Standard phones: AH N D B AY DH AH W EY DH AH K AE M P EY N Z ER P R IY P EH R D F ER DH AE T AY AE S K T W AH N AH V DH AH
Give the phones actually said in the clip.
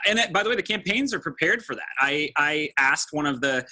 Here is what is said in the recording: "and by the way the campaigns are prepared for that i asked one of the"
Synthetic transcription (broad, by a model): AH N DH B AY DH AH W EY DH AH K AE M P EY N Z ER P R IY P EH R D F ER DH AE T AY AE S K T W AH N AH V DH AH